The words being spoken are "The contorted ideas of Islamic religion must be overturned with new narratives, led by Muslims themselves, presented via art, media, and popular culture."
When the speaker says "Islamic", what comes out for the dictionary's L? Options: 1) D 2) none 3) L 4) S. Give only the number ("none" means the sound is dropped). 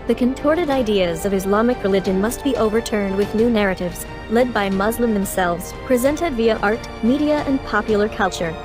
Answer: 3